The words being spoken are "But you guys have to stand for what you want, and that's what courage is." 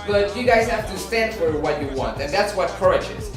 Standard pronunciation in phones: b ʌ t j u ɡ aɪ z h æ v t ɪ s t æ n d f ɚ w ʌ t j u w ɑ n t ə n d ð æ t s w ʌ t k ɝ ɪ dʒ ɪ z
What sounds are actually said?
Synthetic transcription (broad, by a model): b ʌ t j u ɡ aɪ z h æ f t ɪ s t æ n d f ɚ w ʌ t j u w ɑ n t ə n ð æ t s w ʌ t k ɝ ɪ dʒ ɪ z